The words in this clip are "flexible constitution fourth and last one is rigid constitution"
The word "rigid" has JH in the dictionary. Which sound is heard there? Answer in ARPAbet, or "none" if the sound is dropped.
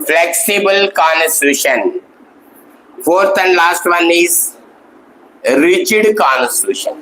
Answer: CH